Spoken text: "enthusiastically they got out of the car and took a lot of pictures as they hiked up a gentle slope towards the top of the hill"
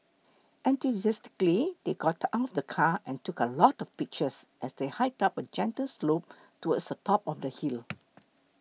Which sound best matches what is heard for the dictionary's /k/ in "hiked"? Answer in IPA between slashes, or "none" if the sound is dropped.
none